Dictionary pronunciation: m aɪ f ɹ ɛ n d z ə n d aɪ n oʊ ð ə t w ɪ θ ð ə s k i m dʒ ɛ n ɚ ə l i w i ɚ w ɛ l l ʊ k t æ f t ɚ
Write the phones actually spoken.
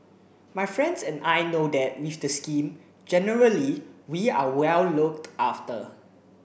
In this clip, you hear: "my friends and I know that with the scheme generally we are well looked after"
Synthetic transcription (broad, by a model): m aɪ f ɹ ɛ n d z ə n aɪ n oʊ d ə t w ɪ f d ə s k i m dʒ ɛ n ɚ ə l i w i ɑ w ɛ l l ʊ k t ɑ f t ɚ